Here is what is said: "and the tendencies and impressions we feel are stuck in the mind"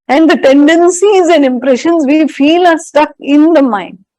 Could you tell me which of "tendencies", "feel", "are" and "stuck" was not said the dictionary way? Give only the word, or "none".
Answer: none